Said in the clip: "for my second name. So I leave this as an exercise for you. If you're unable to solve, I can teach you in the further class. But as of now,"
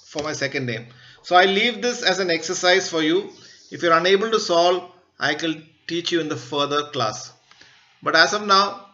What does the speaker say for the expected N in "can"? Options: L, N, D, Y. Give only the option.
L